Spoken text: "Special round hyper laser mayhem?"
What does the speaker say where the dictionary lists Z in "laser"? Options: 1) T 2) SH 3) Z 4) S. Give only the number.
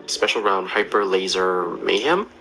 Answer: 3